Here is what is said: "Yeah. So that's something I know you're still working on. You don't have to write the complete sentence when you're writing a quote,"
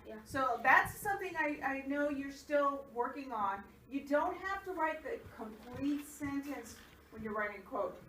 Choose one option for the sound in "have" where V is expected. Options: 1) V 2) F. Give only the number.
2